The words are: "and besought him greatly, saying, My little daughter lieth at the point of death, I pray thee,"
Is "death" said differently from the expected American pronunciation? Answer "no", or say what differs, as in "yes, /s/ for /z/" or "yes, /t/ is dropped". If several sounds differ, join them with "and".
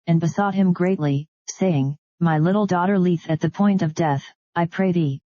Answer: no